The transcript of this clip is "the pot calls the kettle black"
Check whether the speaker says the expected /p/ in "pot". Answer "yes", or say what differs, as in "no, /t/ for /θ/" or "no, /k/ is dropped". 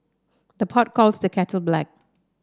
yes